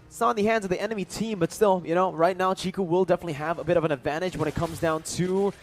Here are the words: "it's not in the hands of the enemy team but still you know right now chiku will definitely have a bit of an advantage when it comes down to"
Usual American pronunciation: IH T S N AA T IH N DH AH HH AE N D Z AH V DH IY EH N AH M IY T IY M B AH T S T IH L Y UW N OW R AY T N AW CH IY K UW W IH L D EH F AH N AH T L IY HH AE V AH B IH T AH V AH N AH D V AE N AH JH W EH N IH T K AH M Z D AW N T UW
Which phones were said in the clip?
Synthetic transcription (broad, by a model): S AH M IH N DH AH HH AE N D Z AH V DH IY EH N AH M IY T IY M B AH T S T IH L Y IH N OW R AY T N AW CH IY K UW W IH L D EH F AH N AH T L IY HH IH V AH B IH T AH V AH N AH D V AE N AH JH W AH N IH T K AH M Z D AW N T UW